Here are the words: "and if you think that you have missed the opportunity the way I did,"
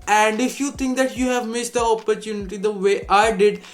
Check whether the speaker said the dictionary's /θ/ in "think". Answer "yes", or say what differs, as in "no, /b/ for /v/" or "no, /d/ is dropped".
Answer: no, /t/ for /θ/